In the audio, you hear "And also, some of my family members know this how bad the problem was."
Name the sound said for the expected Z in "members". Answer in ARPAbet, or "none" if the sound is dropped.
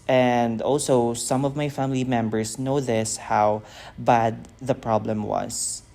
S